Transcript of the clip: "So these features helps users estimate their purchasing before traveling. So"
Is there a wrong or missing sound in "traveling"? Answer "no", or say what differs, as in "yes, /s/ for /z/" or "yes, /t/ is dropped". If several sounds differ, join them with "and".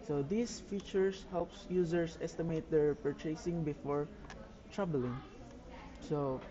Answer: yes, /b/ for /v/